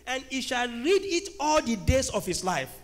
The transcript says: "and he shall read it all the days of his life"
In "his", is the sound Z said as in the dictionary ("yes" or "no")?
no